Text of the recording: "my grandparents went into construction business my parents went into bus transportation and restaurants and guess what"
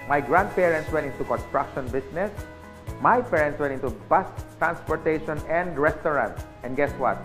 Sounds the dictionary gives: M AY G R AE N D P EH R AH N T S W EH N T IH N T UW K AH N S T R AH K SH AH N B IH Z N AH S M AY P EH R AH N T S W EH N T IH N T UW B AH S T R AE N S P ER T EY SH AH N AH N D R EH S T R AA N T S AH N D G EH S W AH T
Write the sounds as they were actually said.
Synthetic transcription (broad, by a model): M AY G R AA N D P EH R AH N T S W EH N T IH N T UW K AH N S T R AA K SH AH N B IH S N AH S M AY P EH R AH N T S W EH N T IH N T UW B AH S T R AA N S P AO T EY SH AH N AH N D R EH S T R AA N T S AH N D G EH S W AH T